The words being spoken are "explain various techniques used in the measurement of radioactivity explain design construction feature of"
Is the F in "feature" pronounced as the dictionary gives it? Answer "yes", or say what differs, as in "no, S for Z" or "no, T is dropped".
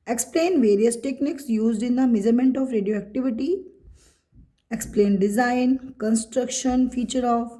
yes